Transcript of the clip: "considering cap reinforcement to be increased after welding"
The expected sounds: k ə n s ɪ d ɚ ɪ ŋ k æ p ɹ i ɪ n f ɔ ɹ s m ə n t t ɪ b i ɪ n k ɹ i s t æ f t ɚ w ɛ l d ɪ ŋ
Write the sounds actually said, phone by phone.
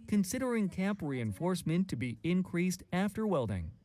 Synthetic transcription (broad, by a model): k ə n s ɪ d ɚ ɪ ŋ k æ p ɹ i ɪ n f ɔ ɹ s m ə n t t ɪ b i ɪ n k ɹ i s t æ f t ɚ w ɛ l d ɪ ŋ